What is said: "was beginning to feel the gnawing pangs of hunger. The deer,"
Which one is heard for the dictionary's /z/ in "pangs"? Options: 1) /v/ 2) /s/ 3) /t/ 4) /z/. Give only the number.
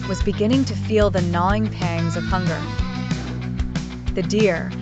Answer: 4